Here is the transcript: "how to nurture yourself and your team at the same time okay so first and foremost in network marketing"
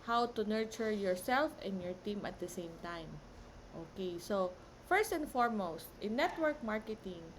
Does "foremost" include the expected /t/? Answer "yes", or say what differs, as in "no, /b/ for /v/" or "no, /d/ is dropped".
yes